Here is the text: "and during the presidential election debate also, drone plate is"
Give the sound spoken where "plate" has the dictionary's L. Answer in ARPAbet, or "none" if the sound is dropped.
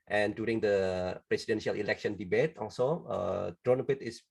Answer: none